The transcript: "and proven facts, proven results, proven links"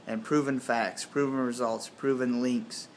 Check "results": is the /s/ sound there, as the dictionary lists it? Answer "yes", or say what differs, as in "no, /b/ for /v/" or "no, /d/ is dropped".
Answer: yes